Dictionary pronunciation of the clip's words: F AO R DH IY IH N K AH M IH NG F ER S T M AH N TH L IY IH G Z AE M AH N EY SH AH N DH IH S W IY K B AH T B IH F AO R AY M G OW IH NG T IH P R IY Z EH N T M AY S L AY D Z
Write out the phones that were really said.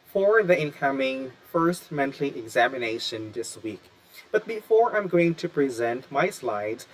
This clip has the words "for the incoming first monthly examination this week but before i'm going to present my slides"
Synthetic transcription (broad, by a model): F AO R DH IY IH N K AH M IH NG F ER S T M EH N T L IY IH G Z AE M AH N EY SH AH N DH IH S W IY K B AH T B IH F AO R AY M G OW IH NG T IH P R IY Z EH N T M AY S L AY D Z